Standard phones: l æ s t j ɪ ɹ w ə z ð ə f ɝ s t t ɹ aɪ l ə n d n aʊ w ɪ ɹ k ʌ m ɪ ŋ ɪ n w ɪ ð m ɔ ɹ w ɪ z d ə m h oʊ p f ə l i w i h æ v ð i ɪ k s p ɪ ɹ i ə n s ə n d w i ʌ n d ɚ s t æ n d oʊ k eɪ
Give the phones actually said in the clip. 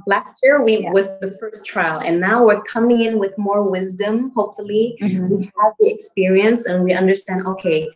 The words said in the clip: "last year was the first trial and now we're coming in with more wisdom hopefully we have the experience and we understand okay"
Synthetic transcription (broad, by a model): l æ s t j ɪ ɹ w ə z ð ə f ɝ s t t ɹ aɪ l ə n n aʊ w ɪ ɹ k ʌ m ɪ ŋ ɪ n w ɪ ð m ɔ ɹ w ɪ z d ə m h oʊ p f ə l i w i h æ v ð i ɪ k s p ɪ ɹ i ə n s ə n w i ʌ n d ɚ s t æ n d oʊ k eɪ